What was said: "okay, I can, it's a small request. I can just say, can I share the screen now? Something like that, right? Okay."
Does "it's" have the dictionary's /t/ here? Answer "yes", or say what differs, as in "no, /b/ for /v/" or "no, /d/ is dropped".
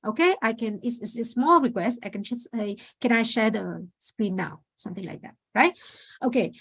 no, /s/ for /t/